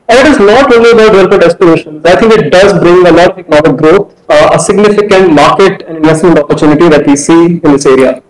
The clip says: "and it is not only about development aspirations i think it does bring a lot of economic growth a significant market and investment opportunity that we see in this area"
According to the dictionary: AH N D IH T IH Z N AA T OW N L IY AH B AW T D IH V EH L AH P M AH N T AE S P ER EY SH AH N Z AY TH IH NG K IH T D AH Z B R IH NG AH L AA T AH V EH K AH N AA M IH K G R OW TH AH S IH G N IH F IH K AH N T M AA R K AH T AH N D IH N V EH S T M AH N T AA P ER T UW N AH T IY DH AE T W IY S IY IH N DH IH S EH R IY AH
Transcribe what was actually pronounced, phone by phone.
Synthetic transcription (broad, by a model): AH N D IH T IH Z N AA T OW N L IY AH B AW T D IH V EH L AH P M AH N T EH S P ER EY SH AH N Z AY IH NG K IH T D AH Z B R IH NG AH L AA T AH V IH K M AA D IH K G R OW T AH S IH G N IH F IH K AH N T M AA R K AH T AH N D IH N V EH S T M AH N T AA P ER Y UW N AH T IY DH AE T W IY S IY IH N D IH S EH R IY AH